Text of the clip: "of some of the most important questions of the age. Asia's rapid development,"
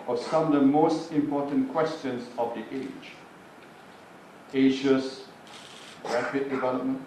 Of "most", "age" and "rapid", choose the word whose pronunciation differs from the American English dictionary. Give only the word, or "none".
rapid